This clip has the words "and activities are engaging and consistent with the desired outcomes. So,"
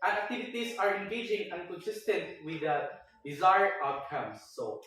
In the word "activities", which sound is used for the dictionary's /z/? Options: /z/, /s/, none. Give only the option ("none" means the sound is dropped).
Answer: /s/